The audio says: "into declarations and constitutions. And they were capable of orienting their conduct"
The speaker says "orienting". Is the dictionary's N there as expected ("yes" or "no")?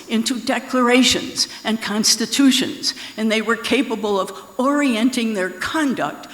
yes